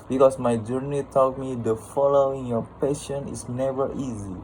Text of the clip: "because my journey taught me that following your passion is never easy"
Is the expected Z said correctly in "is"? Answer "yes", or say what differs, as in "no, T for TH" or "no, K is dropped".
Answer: no, S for Z